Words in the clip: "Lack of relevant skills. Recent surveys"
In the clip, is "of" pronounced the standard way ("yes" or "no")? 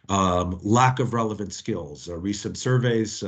yes